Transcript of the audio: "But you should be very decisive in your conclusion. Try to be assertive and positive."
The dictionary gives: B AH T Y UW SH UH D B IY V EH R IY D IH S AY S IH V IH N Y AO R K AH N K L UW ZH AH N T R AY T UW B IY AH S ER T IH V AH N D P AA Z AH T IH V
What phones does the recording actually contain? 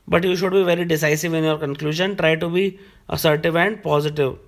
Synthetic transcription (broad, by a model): B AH T Y UW SH UH D B IY V EH R IY D IH S AY S IH V IH N Y AO R K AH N K L UW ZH AH N T R AY T UW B IY AH S ER T IH V AH N D P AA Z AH T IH V